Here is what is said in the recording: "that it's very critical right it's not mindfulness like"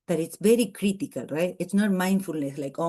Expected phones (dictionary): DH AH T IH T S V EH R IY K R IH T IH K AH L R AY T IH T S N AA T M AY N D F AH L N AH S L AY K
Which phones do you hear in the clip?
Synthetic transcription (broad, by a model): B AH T IH T S V EH R IY K R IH T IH K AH L R AY T IH T S N AA T M AY N D F AH L N AH S L AY K